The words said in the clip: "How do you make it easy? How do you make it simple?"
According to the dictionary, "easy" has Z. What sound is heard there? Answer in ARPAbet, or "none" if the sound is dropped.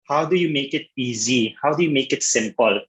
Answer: Z